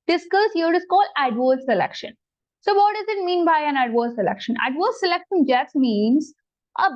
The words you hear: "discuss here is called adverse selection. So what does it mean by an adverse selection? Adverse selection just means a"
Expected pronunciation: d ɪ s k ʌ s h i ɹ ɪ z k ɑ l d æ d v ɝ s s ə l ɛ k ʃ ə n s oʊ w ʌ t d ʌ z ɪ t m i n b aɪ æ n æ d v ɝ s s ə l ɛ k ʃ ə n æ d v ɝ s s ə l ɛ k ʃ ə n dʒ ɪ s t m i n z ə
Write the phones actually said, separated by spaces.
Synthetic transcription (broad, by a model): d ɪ s k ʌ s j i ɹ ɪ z k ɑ l æ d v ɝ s s ə l ɛ k ʃ ə n s oʊ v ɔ t d ʌ z ɪ t m i n b aɪ æ n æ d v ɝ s s ə l ɛ k ʃ ə n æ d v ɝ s s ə l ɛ k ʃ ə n dʒ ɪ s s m i n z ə